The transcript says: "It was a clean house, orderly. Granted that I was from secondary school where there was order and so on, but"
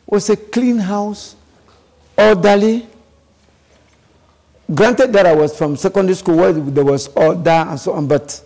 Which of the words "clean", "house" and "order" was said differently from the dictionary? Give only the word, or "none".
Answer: order